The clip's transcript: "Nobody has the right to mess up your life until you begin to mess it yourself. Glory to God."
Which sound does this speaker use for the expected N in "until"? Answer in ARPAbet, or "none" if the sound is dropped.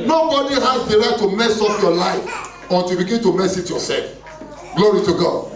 none